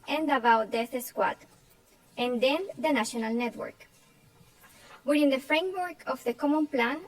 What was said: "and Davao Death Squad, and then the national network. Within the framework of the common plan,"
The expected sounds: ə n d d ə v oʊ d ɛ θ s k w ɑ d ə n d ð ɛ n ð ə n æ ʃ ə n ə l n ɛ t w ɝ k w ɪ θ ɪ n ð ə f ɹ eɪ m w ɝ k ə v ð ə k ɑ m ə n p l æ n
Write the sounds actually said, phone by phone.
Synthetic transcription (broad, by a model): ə n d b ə w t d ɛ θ s k w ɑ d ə n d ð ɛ n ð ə n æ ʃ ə n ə l n ɛ t w ɝ k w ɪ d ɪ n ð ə f ɹ eɪ m w ɝ k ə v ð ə k ɑ m ə n p l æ n